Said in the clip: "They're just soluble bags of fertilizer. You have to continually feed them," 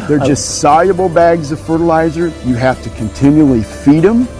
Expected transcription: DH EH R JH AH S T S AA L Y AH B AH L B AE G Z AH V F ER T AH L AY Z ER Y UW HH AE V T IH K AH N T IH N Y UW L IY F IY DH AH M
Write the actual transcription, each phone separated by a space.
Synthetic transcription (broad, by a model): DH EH R JH AH S T S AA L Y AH B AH L B AE G Z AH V F ER T AH L AY Z ER Y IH HH AE F T IH K AH N T IH N Y UW L IY F IY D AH M